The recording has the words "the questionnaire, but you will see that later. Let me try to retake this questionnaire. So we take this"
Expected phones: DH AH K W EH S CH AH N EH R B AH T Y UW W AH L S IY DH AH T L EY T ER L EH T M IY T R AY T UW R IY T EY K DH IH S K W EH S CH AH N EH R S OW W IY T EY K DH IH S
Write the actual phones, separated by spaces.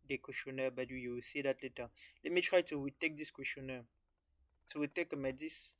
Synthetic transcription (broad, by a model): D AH K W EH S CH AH N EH B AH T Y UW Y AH W S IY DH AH T L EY T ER L EH T M IY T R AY T UW W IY T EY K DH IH S K W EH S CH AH N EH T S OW W IY T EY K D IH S